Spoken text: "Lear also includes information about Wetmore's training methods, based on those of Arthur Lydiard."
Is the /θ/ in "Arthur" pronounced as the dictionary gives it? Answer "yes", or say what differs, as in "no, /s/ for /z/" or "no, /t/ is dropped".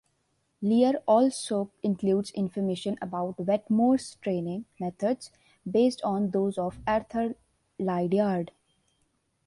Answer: no, /t/ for /θ/